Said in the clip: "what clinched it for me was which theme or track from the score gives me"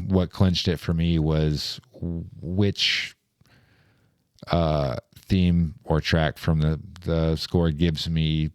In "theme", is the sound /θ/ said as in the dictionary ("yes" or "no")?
yes